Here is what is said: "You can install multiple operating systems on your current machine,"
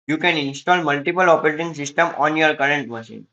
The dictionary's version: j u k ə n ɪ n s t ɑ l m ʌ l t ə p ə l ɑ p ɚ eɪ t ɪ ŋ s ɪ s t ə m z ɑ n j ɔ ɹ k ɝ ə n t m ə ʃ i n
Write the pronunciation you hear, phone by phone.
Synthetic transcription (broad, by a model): j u k ə n ɪ n s t ɑ l m ʌ l t ə p ə l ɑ p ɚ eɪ t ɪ ŋ s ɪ s t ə m ɑ n j ɔ ɹ k ɝ ə n t m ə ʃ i n